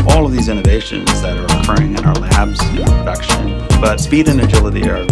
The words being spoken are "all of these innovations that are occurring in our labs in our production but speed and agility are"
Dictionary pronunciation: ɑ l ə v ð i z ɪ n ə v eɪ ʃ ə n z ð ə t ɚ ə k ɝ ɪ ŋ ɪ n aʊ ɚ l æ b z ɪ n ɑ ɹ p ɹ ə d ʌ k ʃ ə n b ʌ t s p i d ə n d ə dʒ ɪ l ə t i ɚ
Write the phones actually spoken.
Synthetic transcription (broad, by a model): ɑ l ə v ð i z ɪ n ə v eɪ ʃ ə n z ð ə t ɚ ə k ɝ ɪ ŋ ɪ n aʊ ɚ l æ b z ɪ p ɹ ə d ʌ k ʃ ə n b ʌ t s p i d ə n ə dʒ ɪ l ə t i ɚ